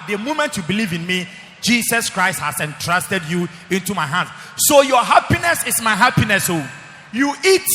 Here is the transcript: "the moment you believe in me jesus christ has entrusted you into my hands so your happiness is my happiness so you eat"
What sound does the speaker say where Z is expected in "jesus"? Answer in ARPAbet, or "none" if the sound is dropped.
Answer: S